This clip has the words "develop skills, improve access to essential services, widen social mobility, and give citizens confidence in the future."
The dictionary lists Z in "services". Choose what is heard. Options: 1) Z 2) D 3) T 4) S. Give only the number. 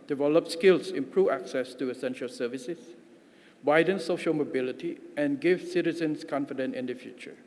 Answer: 4